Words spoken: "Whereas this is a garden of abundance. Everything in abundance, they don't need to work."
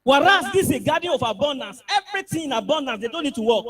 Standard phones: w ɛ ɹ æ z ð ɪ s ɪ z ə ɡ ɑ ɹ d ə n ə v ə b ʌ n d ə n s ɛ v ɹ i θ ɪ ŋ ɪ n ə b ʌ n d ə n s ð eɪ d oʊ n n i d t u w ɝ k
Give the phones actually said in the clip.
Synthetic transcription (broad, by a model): w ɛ ɹ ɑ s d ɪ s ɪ ɡ ɑ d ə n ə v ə b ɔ n d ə n s ɛ v ɹ i t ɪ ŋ ɪ n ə b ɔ n d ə n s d eɪ d oʊ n n i d t u w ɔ k